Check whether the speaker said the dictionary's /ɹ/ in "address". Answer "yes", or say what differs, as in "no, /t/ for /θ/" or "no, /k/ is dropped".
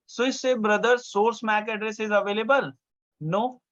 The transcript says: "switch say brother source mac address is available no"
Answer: yes